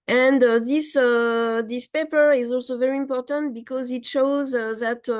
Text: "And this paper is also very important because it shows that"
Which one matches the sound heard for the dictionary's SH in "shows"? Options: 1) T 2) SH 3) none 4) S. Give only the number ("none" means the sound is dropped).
2